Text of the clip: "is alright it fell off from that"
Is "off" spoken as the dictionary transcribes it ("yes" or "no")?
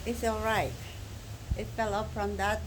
no